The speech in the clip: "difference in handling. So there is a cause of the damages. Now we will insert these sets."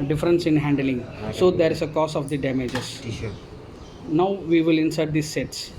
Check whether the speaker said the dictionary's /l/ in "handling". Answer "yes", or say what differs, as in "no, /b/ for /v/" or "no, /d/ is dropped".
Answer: yes